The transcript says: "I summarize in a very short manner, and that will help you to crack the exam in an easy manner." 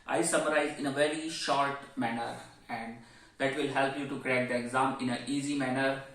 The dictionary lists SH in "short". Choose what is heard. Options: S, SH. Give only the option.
SH